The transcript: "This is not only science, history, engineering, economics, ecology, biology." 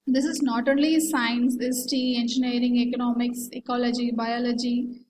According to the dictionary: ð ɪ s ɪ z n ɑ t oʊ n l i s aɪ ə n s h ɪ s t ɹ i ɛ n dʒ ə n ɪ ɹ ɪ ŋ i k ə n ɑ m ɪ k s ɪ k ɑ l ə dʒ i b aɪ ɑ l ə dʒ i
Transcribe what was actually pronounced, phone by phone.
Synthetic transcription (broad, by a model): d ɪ s ɪ z n ɑ t oʊ n l i s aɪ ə n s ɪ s t i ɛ n dʒ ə n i ɹ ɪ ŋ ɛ k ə n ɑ m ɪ k s ɪ k ɑ l ə dʒ i b aɪ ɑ l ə dʒ i